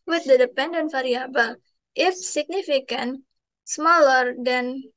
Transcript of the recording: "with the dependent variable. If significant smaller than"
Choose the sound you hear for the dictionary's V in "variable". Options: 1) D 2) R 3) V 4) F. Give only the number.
4